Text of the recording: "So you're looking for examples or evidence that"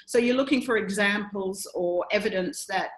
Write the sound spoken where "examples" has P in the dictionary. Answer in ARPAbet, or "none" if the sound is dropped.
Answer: P